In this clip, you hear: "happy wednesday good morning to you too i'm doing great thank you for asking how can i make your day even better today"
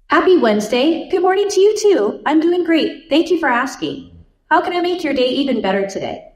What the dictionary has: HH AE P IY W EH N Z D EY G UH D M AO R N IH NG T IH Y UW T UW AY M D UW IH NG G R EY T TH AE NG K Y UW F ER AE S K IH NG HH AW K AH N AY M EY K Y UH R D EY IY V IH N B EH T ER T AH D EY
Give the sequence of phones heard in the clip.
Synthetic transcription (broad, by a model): HH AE P IY W EH N Z D EY G UH D M AO R N IH NG T IH Y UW T UW AY M D UW IH NG G R EY T TH AE NG K Y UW F ER AE S K IH NG HH AW K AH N AY M EY K Y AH R D EY IY V IH N B EH T ER T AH D EY